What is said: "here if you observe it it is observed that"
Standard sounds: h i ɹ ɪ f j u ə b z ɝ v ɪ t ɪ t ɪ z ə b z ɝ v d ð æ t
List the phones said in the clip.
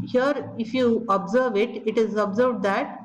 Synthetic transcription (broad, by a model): h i ɹ ɪ f j u ə b z ɝ v ɪ t ɪ t ɪ z ə b z ɝ v d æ t